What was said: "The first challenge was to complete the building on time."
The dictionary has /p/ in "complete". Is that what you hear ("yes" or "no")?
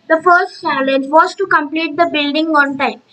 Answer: yes